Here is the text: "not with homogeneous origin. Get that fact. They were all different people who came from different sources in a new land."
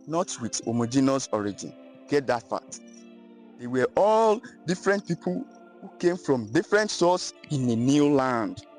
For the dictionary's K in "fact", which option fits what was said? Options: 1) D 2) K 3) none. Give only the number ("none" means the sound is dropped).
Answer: 3